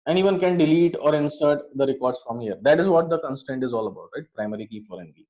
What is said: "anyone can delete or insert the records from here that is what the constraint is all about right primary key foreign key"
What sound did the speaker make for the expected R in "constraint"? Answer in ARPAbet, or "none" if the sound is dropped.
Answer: none